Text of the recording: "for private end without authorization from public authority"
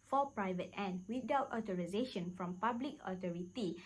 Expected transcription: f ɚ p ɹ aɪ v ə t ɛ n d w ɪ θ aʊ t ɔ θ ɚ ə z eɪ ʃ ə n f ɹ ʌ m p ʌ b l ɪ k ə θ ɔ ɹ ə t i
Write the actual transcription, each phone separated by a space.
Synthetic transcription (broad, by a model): f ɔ p ɹ aɪ v ə t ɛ n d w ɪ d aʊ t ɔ t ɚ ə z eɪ ʃ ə n f ɹ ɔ m p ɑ b l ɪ k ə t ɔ ɹ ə t i